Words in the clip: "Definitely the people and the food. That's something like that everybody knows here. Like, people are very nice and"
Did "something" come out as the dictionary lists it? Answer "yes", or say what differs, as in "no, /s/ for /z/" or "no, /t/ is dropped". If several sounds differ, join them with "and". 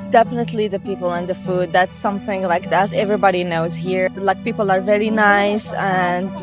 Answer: yes